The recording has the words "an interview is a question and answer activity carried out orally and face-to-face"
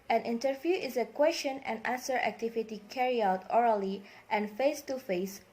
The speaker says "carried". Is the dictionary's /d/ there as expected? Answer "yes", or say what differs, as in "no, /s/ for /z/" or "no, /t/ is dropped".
no, /d/ is dropped